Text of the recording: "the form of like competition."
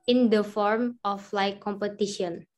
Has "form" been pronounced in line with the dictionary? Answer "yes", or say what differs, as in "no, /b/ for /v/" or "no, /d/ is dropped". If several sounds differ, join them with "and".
yes